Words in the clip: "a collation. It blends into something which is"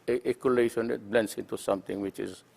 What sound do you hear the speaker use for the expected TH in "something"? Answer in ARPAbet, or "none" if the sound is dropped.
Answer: T